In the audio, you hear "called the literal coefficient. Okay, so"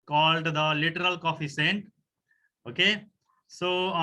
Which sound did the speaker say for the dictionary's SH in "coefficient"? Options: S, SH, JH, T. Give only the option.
S